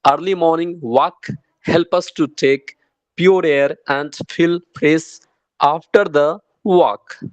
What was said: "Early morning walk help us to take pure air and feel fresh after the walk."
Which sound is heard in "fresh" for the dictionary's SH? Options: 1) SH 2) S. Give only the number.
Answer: 2